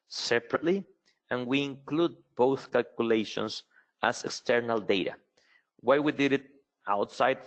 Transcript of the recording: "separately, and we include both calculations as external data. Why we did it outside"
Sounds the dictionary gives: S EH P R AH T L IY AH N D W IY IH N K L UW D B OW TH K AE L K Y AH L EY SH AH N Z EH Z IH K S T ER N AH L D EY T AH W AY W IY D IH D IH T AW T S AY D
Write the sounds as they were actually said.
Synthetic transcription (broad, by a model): S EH P R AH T L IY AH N W IY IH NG K L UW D B OW TH K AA L K Y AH L EY SH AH N S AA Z IH K S T ER N AH L D EY T AH W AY W IY D IH D IH T AW T S AY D